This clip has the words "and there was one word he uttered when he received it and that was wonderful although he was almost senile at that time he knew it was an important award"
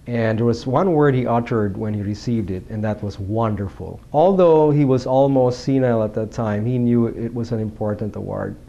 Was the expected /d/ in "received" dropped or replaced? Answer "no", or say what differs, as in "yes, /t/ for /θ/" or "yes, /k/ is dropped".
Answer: no